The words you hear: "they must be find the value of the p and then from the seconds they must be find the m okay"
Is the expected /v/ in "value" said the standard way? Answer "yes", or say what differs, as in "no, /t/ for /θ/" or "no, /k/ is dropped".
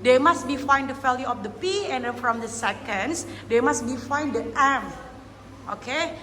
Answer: no, /f/ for /v/